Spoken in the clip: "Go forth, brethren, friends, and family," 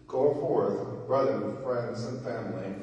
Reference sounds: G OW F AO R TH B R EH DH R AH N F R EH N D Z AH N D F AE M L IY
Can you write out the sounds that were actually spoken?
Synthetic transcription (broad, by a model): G OW F AO R TH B R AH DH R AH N F R EH N D Z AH N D F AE M L IY